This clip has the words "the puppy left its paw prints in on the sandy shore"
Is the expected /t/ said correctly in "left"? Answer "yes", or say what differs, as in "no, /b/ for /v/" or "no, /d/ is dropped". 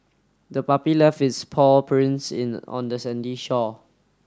no, /t/ is dropped